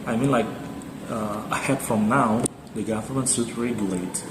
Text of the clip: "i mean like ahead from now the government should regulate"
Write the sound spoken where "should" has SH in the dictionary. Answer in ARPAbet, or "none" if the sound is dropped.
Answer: S